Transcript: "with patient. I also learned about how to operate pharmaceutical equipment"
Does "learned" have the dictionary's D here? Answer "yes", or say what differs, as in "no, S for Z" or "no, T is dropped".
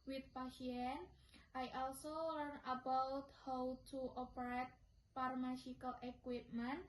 no, D is dropped